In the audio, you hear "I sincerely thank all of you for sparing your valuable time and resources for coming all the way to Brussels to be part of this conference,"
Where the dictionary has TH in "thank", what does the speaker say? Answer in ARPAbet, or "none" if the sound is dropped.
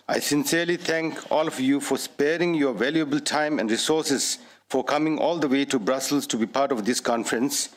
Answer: T